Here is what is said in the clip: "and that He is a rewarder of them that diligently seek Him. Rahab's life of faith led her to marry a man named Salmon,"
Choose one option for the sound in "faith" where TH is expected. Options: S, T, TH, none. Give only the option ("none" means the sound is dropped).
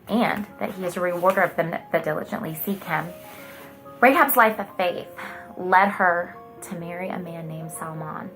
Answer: TH